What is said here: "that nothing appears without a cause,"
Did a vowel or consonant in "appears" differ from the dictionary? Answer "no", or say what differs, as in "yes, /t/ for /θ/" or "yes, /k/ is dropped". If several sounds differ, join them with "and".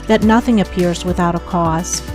no